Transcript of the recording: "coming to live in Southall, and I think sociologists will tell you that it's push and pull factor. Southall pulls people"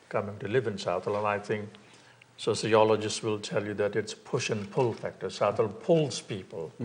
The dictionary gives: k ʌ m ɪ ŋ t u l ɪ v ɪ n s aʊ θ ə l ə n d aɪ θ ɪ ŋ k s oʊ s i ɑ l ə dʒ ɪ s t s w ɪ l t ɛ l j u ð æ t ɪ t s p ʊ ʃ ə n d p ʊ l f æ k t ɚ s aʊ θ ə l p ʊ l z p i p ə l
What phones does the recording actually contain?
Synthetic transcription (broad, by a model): k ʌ m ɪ ŋ t u l ɪ v ɪ n s aʊ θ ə l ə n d aɪ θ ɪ ŋ k s oʊ s i ɑ l ə dʒ ɪ s t s w ɪ l t ɛ l j u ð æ t ɪ t s p ʊ ʃ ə n p ʊ l f æ k t ɚ s aʊ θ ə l p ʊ l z p i p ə l